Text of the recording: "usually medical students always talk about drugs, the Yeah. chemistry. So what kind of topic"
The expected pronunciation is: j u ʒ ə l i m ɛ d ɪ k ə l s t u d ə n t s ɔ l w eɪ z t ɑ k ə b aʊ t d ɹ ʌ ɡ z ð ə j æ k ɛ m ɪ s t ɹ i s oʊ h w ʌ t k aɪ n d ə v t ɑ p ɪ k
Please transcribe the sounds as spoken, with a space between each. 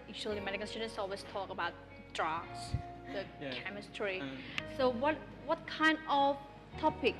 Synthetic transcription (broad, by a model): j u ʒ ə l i m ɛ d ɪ k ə n s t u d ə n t s ɔ l w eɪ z t ɑ k ə b aʊ t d ɹ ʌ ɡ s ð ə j k ɛ m ɪ s t ɹ i s oʊ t w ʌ t k aɪ n d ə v t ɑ p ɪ k